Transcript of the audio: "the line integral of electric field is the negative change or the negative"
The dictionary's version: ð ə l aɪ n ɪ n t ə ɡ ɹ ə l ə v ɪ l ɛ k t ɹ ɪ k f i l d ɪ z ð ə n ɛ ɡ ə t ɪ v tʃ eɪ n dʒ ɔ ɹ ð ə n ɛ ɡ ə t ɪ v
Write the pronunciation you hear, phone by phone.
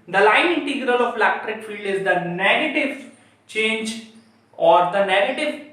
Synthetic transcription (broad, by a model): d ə l aɪ n ɪ n t ə ɡ ɹ ə l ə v l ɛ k t ɹ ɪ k f i l d ɪ z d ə n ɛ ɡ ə t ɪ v tʃ eɪ n dʒ ɔ ɹ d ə n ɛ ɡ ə t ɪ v